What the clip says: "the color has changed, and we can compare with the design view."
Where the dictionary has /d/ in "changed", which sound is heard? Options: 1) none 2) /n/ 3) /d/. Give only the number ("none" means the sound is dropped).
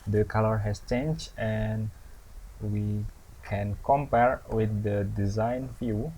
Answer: 1